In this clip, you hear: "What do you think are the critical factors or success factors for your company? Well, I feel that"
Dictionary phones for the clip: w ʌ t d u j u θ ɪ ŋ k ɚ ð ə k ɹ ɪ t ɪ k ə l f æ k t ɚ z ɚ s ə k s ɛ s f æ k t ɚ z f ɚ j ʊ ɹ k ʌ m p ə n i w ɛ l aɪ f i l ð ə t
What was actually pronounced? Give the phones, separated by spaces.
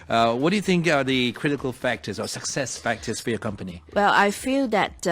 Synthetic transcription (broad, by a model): w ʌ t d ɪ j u θ ɪ ŋ k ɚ ð ə k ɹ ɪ t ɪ k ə l f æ k t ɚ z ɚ s ə k s ɛ s f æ k t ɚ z f ɚ j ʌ ɹ k ʌ m p ə n i w ɛ l aɪ f i l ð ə t